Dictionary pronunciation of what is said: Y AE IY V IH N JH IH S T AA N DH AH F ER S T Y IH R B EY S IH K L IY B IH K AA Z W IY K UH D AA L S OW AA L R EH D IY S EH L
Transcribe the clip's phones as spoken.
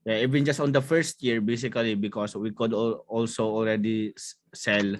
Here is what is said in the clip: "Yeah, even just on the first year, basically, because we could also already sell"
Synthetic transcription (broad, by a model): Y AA IY V IH N JH IH S T AA N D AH F ER S T Y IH R B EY S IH K L IY B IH K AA S W IY K UH D AA L S OW AA L R EH D IY S EH L